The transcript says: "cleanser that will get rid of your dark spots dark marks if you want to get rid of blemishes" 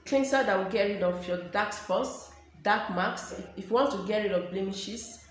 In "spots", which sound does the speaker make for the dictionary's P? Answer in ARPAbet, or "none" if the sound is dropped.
F